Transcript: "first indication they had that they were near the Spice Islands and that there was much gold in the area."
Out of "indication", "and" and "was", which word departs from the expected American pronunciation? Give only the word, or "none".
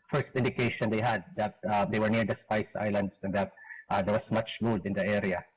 was